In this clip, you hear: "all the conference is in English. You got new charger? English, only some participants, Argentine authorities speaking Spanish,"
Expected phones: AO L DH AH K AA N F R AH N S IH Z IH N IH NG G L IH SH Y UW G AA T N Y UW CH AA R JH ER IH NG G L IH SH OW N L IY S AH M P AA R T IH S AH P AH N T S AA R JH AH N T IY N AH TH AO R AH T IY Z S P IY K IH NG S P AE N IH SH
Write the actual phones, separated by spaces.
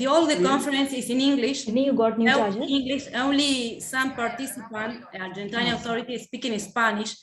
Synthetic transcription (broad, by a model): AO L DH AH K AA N F R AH N S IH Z IH N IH NG G L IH SH Y UW G AA T N Y UW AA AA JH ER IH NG G L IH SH OW N L IY S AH M P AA R T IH S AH P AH N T AA R JH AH N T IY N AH T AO R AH T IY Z S P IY K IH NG S P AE N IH SH